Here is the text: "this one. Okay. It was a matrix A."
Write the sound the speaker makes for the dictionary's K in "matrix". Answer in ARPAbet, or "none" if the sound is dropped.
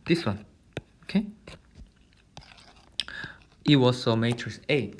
none